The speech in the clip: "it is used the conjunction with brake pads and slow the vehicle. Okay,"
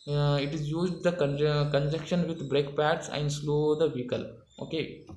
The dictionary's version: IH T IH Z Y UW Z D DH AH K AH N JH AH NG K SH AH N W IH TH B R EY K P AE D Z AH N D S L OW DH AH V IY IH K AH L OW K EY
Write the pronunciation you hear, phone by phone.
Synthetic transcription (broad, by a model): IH T IH Z Y UW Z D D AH K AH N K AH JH K SH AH N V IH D B R EY K P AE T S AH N D S L OW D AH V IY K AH L OW K EY